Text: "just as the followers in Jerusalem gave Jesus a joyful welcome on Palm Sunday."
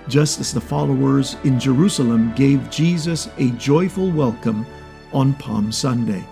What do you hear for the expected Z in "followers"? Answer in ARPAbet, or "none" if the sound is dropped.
Z